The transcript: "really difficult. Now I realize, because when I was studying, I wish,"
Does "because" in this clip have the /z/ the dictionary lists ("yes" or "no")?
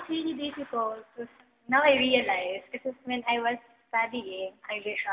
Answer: no